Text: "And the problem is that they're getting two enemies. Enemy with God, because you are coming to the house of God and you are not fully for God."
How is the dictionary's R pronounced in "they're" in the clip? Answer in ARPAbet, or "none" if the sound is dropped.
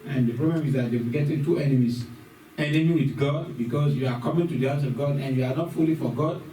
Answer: W